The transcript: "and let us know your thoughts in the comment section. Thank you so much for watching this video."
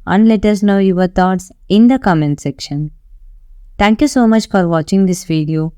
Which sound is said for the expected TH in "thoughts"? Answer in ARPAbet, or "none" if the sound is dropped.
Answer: T